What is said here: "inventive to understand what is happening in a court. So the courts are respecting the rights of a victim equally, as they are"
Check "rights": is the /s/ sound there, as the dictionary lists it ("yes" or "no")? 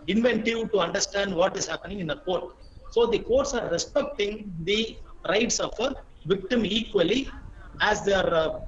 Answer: yes